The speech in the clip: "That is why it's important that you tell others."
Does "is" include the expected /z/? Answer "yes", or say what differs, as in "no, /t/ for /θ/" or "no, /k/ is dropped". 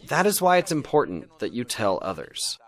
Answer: yes